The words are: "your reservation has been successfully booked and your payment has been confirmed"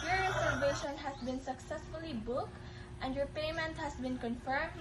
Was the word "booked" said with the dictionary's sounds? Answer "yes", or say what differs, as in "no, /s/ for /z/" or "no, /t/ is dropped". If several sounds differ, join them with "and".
yes